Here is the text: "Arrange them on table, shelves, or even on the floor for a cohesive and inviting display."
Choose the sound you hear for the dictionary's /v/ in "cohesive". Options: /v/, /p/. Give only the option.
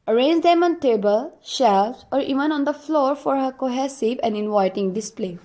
/p/